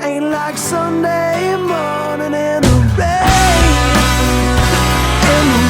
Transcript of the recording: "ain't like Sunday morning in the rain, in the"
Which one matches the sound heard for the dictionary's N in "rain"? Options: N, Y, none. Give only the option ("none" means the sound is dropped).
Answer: none